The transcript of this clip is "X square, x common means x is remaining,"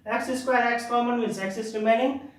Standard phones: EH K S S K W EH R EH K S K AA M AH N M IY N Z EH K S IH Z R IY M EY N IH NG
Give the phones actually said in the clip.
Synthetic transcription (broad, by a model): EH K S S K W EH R EH K S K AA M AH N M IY Z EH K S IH S R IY M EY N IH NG